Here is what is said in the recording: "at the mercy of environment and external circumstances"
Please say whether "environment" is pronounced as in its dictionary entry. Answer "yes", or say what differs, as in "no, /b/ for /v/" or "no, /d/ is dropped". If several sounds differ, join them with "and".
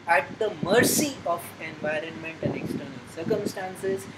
yes